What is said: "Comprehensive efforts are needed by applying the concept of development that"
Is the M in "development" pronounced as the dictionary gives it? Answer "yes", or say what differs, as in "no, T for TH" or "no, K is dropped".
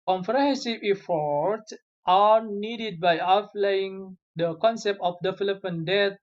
no, M is dropped